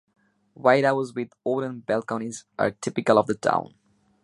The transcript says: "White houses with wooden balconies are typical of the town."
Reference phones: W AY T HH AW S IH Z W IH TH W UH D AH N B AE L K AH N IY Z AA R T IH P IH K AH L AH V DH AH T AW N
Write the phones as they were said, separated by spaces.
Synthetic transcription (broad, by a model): W AY T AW IH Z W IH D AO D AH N B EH L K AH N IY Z AA R T IH P IH K AH L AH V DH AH T AW N